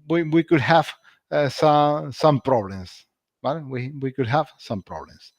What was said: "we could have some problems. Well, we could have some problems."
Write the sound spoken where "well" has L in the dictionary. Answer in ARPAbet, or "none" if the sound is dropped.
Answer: W